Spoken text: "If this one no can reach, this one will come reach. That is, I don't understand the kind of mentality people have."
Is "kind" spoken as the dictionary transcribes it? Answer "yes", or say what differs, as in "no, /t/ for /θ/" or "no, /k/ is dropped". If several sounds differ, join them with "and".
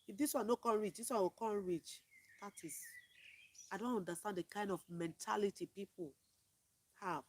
yes